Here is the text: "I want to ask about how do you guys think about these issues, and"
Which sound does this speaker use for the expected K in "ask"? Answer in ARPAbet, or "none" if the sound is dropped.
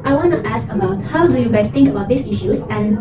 K